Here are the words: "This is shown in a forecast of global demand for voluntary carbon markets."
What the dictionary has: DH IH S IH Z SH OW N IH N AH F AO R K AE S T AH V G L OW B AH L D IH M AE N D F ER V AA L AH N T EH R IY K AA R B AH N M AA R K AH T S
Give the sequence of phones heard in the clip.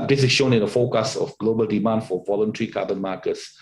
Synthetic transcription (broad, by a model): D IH S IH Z SH OW N IH N AH F AO K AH S AH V G L OW B AH L D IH M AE N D F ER V AA L AH N T EH R IY K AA B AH N M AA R K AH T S